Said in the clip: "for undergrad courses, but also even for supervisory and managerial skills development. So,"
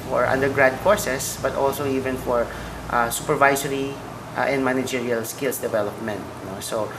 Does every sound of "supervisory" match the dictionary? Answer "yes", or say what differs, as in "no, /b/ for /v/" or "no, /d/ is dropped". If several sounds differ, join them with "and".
no, /s/ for /z/